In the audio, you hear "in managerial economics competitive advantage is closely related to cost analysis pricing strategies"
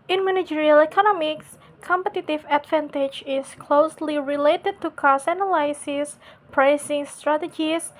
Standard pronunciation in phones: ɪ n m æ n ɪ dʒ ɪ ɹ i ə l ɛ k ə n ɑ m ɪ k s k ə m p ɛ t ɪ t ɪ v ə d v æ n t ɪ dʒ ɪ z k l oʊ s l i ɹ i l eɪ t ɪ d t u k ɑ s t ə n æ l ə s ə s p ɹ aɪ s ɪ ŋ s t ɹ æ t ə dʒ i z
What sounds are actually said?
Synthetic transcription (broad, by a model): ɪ n m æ n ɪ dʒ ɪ ɹ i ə l ɛ k ə n ɑ m ɪ k s k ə m p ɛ t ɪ t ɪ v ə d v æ n t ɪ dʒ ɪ s k l oʊ s l i ɹ i l eɪ t ɪ d t u k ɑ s ə n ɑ l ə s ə s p ɹ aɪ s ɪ ŋ s t ɹ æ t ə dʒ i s